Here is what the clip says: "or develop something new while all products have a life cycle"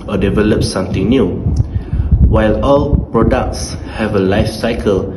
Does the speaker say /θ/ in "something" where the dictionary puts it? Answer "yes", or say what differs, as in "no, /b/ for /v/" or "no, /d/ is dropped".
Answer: no, /t/ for /θ/